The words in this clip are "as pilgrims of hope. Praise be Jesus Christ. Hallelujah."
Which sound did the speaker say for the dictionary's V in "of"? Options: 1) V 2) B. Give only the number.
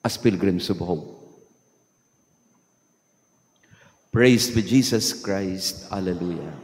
2